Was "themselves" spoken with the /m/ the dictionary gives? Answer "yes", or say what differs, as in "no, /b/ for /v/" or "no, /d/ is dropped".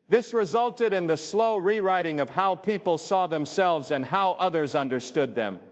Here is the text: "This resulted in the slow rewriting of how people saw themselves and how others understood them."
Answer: yes